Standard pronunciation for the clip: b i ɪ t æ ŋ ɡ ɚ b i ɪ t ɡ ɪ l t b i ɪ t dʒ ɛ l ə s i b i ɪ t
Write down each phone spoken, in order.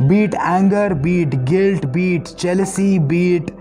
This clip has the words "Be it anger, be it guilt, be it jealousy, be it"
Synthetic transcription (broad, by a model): b i t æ ŋ ɡ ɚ b i t ɡ ɪ l t b i t tʃ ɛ l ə s i b i t